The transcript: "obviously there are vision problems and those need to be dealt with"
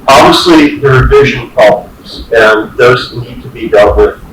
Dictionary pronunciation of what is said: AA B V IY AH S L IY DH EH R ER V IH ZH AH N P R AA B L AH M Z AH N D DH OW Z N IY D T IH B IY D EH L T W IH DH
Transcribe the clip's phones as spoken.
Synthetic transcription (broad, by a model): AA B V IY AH S L IY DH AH R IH V IH ZH AH N P R AA B L AH M Z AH N DH OW Z N IY D T IH B IY D EH L T W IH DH